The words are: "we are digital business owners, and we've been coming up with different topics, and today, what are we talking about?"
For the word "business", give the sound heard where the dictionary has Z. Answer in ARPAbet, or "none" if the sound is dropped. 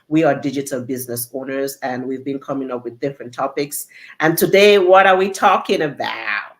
Z